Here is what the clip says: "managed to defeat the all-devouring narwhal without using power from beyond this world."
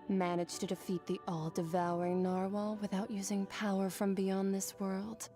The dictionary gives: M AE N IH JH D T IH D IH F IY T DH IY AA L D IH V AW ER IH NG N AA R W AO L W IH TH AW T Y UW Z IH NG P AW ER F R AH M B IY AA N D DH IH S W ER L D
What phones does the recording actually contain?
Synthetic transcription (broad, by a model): M AE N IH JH T IH D IH F IY T DH IY AA L D IH V AW ER IH NG N AA R W AO L W IH TH AW T Y UW Z IH NG P AW ER F R AH M B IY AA N DH IH S W ER L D